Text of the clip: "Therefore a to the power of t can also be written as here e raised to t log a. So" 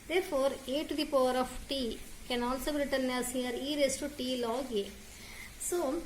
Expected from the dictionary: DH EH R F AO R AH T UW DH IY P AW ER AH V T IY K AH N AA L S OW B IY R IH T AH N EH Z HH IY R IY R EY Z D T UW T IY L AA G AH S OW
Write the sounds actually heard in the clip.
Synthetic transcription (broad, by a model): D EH R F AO R AH T UW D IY P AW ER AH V T IY K AH N AA L S OW B IY R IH T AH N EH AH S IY R IY R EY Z T UW T IY L AA G AH S OW